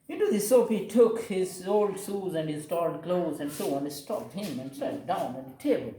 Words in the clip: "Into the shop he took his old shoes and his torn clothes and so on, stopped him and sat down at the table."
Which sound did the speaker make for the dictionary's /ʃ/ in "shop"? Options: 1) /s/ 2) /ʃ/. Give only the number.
1